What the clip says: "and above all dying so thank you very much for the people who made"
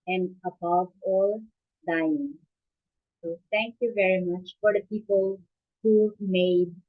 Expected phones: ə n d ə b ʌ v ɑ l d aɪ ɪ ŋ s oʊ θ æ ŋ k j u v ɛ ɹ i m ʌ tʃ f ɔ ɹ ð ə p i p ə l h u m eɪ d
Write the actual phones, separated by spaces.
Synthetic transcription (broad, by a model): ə n d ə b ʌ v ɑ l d aɪ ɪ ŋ s oʊ t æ ŋ k j u v ɛ ɹ i m ʌ tʃ f ɔ ɹ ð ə p i p ə l h u m eɪ d